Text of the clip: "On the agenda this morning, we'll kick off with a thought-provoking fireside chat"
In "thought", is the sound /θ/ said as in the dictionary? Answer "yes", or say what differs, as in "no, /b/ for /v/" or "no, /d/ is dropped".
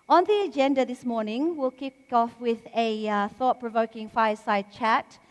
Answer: yes